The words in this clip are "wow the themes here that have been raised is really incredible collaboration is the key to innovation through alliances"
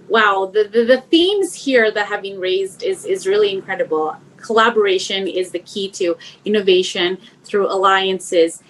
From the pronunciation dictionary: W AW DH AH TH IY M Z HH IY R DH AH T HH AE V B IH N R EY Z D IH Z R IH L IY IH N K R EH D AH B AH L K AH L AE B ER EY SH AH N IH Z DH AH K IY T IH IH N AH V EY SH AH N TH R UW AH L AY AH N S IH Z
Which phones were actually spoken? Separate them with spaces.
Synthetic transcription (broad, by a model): W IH DH AH TH IY M Z HH IY R DH AH T HH AE V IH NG R EY Z D IH Z R IH L IY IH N K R EH D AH B L K AH L AE B ER EY SH AH N IH Z DH AH K IY T IH IH N AH V EY SH AH N TH R UW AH L AY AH N S IH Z